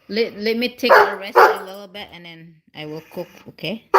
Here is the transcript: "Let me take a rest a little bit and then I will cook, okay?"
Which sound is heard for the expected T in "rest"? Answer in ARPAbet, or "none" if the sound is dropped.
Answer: none